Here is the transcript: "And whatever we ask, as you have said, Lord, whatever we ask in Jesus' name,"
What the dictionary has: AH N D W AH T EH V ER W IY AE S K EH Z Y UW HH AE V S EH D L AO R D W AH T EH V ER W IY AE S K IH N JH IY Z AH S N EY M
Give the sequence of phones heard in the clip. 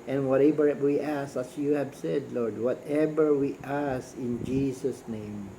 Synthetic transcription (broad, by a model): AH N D W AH T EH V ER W IY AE S EH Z Y UW HH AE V S EH D L AO R D W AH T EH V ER W IY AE S IH N JH IY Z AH S N EY M